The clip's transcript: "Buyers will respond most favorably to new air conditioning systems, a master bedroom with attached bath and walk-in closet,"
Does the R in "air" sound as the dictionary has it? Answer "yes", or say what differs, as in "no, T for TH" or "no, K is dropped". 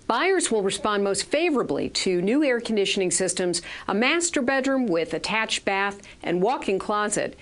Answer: yes